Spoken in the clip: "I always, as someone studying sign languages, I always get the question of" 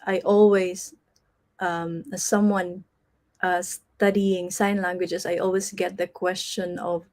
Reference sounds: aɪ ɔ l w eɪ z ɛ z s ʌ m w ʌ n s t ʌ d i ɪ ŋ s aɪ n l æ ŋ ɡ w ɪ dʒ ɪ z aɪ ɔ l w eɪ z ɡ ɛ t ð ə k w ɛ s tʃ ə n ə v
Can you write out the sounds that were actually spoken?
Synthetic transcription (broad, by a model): aɪ ɔ l w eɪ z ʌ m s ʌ m w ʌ n s t ʌ d i ɪ ŋ s aɪ n l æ ŋ ɡ w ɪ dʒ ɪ s aɪ ɔ l w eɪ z ɡ ɛ t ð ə k w ɛ s tʃ ə n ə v